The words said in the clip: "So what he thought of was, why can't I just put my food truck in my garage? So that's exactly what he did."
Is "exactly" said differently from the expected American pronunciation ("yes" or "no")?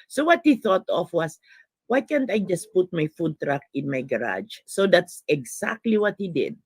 yes